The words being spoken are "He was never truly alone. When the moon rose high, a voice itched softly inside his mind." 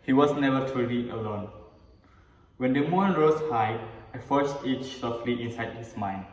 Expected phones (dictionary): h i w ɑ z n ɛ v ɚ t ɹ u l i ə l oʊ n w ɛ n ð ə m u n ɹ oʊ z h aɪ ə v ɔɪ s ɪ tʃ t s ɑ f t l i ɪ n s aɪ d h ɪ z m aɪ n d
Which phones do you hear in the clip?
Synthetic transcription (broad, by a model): h i w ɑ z n ɛ v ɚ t u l i ə l oʊ n w ɛ n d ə m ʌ n ɹ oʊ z h aɪ ə f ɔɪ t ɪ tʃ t s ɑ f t l i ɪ n s aɪ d h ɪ s m aɪ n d